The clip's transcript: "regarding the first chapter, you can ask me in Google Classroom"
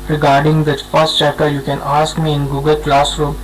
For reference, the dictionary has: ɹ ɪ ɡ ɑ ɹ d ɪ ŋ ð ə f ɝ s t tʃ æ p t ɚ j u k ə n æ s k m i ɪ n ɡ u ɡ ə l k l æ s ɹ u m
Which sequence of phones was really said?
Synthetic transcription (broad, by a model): ɹ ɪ ɡ ɑ ɹ d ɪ ŋ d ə f ɝ s t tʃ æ t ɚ j u k ə n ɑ s k m i ɪ n ɡ u ɡ ə l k l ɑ s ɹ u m